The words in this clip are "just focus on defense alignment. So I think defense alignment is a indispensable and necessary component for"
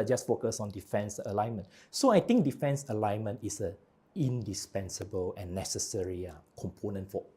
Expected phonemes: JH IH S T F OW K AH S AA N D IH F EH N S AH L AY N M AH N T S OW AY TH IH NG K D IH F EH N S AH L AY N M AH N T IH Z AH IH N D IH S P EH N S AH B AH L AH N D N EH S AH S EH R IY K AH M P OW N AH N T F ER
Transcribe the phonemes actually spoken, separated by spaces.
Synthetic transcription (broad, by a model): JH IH S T F OW K AH S AA N D IH F EH N S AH L AY N M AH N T S OW AY T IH NG K D IH F EH N S AH L AY N M AH N T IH S AH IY N D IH S P EH N S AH B AH L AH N N EH S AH S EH R IY K AH M P OW N AH N T F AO